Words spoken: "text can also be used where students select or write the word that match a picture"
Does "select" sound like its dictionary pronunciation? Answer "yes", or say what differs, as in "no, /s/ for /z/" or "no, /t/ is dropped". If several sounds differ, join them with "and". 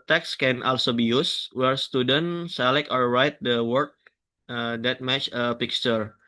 no, /t/ is dropped